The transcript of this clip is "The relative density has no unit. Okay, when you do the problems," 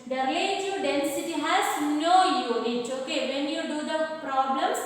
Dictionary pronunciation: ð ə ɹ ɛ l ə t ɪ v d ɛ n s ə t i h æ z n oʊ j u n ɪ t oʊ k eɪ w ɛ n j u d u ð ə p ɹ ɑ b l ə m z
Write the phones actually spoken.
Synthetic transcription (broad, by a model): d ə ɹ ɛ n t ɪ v d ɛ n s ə t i h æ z n oʊ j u ɪ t oʊ k eɪ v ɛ n j u d u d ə p ɹ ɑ b l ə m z